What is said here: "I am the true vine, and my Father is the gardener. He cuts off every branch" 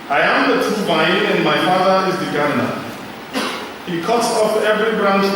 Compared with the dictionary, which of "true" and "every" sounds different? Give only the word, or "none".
true